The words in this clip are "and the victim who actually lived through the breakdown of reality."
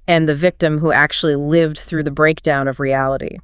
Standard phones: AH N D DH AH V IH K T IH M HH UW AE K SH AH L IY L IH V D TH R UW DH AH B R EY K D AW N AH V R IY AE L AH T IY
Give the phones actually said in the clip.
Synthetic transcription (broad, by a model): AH N DH AH V IH K T IH M HH UW AE K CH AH L IY L IH V D TH R UW DH AH B R EY K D AW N AH V R IY AE L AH T IY